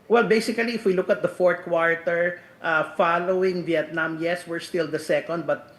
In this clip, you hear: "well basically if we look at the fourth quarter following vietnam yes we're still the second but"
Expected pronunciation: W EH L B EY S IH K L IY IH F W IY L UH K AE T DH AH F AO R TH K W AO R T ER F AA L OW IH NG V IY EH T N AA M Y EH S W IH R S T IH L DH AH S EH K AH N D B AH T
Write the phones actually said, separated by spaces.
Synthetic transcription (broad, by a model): W EH L B EY S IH K L IY IH F W IY L UH K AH T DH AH F AO R T K W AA R T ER F AA L OW IH NG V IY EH T N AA M Y EH S W IH R S T IH L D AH S EH K AH N D B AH T